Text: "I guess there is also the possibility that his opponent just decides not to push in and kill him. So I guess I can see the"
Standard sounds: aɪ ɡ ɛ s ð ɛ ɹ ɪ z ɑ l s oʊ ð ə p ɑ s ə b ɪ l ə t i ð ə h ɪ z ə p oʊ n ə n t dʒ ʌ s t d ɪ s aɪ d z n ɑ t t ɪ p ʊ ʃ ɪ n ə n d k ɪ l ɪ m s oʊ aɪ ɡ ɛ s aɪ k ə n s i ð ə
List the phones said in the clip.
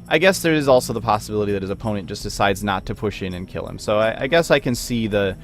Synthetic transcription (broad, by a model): aɪ ɡ ɛ s ð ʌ ɹ ɪ z ɑ l s oʊ ð ə p ɑ s ə b ɪ l ə t i ð ə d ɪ z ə p oʊ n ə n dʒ ʌ s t d ɪ s aɪ d z n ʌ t t ɪ p ʊ ʃ ɪ n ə n k ɪ l ɪ m s oʊ aɪ ɡ ɛ s aɪ k ə n s i ð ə